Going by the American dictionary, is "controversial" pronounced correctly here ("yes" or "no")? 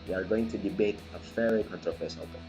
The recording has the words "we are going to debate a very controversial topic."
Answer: no